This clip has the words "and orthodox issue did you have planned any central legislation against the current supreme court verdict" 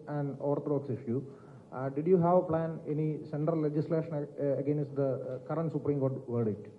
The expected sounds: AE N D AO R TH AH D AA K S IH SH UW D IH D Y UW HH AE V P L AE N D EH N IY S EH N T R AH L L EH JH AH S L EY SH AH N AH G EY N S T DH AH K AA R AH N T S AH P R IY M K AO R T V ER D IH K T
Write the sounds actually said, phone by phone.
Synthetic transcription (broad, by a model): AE N D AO R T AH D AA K S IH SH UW D IH D Y UW HH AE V P L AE N EH N IY S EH N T R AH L L EH JH AH S L EY SH AH N AH G EY N S T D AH K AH R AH N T S AH P R IY M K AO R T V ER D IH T